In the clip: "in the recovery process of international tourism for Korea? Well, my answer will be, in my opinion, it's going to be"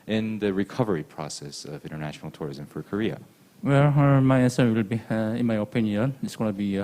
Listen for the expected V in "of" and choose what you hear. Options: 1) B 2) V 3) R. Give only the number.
2